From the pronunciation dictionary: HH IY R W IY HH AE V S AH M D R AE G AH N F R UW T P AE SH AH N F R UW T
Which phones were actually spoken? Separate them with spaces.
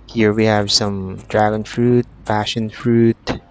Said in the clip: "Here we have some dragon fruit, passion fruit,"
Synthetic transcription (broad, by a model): HH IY R W IY HH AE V S AH M D R AE G AH N F R UW T F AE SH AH N F R UW T